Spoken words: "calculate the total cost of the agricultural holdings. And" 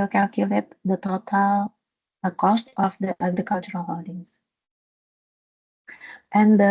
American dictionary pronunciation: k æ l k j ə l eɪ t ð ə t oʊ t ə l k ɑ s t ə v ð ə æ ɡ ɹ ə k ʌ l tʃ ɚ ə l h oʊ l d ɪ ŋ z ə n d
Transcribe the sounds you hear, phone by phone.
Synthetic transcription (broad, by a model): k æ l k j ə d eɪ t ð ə t oʊ t ə l k ɑ s t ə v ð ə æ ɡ ɹ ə k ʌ l tʃ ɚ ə l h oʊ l d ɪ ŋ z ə n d